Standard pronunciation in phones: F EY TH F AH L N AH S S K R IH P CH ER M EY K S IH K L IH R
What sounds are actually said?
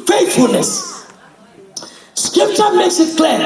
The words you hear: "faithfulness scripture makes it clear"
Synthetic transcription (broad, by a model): F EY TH F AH L N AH S S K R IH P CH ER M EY S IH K L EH